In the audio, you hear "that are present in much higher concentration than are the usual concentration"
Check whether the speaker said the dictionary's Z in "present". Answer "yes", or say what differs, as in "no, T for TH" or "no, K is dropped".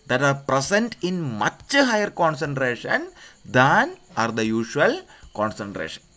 no, S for Z